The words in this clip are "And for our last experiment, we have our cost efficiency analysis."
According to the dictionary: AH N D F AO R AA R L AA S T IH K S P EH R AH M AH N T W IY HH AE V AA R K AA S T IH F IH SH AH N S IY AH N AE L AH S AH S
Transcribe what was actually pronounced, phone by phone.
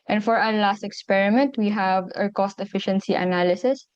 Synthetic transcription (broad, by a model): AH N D F AO R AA L AA S T IH K S P EH R AH M AH N T W IY HH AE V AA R K AA S T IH F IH SH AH N S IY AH N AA L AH S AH S